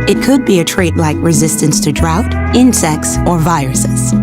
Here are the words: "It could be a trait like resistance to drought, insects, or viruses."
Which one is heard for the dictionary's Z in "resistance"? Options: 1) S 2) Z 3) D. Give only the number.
2